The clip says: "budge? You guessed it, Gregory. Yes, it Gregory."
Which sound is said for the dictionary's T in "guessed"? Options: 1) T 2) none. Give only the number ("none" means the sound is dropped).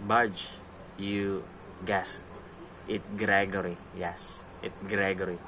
1